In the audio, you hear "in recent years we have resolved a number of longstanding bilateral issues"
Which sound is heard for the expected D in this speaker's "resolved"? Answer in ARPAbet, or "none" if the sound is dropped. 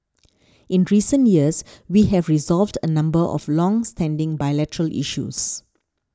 D